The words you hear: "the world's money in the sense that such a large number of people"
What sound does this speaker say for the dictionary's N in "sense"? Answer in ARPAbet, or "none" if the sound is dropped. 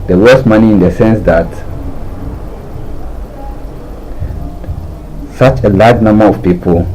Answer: N